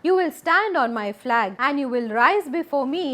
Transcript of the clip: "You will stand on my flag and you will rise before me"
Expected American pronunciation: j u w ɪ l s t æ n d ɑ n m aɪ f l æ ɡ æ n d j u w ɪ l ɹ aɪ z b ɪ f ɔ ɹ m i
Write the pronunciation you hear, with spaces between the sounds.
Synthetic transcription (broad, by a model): j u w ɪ l s t æ n d ɑ n m aɪ f l æ ɡ æ n d j u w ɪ l ɹ aɪ z b ɪ f ɔ ɹ m i